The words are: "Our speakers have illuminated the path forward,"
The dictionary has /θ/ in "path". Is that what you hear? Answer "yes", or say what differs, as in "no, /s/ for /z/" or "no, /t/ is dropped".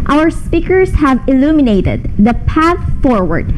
yes